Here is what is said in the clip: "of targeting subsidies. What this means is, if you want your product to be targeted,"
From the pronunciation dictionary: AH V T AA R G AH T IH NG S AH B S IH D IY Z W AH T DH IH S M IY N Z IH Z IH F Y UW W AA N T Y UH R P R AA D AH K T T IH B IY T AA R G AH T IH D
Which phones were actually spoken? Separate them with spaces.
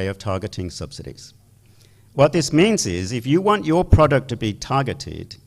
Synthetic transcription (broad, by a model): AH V T AA R G AH T IH NG S AH B S IH D IY Z W AH T DH IH S M IY N Z IH Z IH F Y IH W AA N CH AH R P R AA D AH K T T IH B IY T AA R G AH T IH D